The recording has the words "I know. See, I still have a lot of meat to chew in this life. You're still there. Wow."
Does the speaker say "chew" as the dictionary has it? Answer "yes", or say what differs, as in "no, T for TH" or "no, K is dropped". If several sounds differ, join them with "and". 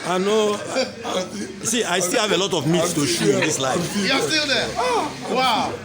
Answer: no, SH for CH